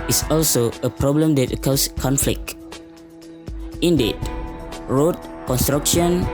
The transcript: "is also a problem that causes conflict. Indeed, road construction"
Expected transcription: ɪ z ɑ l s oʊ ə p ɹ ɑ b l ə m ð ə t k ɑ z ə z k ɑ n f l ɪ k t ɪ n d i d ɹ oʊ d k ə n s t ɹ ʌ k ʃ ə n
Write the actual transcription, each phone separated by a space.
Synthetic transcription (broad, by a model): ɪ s ɑ l s oʊ ə p ɹ ɑ b l ə m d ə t k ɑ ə s k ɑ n f l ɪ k ɪ n d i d ɹ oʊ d k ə n s t ɹ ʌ k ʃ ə n